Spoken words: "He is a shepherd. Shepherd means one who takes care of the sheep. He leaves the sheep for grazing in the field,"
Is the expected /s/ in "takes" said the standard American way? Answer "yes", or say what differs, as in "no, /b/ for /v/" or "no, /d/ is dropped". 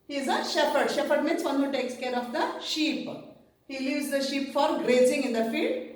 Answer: yes